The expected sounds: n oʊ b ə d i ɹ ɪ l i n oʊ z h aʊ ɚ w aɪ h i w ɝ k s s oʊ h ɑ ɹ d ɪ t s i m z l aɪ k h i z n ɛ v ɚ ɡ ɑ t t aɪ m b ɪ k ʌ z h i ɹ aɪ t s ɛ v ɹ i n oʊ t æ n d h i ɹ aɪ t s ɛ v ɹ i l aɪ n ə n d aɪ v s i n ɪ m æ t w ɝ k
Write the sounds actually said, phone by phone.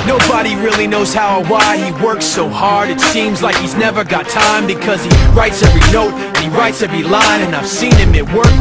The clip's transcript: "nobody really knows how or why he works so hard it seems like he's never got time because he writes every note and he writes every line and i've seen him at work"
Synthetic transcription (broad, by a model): n oʊ b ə d i ɹ ɪ l i n oʊ z h aʊ ɚ w aɪ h i w ɝ k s s oʊ h ɑ ɹ d ɪ t s i m z l aɪ k h i z n ɛ v ɚ ɡ ɑ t t aɪ m b ɪ k ʌ z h i ɹ aɪ t s ɛ v ɹ i n oʊ t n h i ɹ aɪ t s ɛ v ɹ i l aɪ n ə n aɪ v s i n ɪ m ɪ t w ɝ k